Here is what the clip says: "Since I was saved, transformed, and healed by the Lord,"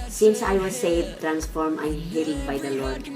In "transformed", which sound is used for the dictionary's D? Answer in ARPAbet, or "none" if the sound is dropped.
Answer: none